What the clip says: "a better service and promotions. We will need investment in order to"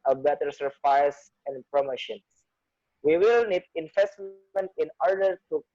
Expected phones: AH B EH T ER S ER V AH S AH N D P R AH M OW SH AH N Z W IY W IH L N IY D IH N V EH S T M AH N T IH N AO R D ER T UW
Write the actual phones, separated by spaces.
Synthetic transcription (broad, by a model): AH B EH T ER S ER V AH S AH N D P R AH M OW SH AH N S W IY W IH L N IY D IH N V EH S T M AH N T IH N AO R D ER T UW